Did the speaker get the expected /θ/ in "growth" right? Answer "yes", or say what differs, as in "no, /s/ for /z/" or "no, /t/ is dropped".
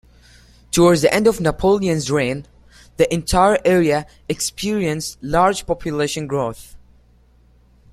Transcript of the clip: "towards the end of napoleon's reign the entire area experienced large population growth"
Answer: yes